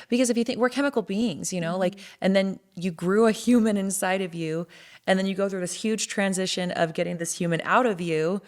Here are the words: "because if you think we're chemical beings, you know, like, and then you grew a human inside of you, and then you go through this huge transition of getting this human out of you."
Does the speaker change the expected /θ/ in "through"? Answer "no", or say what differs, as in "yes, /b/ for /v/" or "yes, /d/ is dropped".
no